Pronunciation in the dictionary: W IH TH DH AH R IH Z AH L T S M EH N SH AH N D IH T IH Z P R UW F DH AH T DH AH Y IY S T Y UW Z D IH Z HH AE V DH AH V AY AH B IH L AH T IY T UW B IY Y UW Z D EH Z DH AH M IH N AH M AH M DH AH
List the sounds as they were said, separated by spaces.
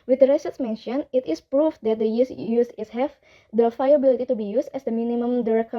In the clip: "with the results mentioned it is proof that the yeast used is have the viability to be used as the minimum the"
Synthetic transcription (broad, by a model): W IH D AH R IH S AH T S M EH N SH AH N IH T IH S P R UW F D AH T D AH Y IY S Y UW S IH S HH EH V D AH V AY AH B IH L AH T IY T UW B IY Y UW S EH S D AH M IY N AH M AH M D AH